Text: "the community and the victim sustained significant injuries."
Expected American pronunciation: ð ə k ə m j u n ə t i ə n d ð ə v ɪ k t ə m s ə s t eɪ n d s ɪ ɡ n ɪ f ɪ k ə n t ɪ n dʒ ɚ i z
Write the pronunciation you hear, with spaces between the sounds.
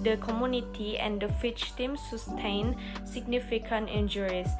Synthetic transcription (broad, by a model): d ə k ə m j u n ə t i ə n d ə f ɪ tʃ t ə m s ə s t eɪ n s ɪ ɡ n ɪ f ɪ k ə n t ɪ n dʒ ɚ i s